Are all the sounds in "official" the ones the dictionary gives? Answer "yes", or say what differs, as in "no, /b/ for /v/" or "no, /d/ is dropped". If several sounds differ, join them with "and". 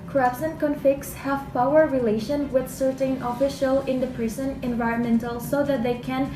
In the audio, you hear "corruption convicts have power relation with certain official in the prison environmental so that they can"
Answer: yes